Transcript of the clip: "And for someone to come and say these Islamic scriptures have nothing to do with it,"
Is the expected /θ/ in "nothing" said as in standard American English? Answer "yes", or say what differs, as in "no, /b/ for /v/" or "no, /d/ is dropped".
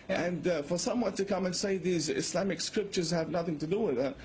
yes